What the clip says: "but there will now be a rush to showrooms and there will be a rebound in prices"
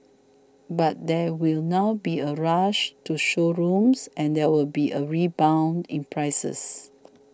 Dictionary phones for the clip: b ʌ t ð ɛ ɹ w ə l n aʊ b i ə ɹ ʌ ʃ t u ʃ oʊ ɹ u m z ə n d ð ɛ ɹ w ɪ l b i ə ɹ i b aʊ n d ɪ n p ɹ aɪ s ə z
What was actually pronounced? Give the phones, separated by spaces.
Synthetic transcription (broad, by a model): b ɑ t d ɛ w ə l n aʊ b i ə ɹ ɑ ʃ t u ʃ oʊ ɹ u m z ə n d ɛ w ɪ l b i ə ɹ i b aʊ n d ɪ n p ɹ aɪ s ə s